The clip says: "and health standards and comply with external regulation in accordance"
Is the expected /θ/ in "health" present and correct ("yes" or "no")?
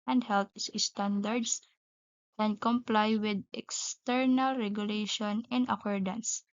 no